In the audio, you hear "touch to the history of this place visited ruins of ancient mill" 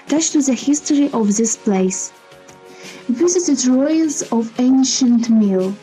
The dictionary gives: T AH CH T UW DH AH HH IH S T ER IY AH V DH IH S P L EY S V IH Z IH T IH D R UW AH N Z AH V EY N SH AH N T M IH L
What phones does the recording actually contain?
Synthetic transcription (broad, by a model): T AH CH T UW DH AH HH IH S T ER IY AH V DH IH S P L EY S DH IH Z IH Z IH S R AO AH L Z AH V EY N SH AH N T M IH L